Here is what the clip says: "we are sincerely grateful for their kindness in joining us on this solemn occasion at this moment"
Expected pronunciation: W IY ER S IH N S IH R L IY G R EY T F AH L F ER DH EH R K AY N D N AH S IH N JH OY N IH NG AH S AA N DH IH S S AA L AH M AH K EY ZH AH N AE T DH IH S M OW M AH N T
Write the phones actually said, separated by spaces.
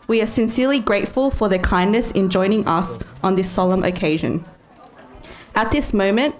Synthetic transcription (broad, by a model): W IY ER S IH N S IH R L IY G R EY T F AH L F ER DH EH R K AY N N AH S IH N JH OY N IH NG AH S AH N DH IH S S AA L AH M AH K EY ZH AH N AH T DH IH S M OW M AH N T